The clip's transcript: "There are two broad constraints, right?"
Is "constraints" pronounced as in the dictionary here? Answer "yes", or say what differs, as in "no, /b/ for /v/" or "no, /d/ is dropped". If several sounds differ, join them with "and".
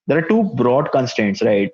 no, /ɹ/ is dropped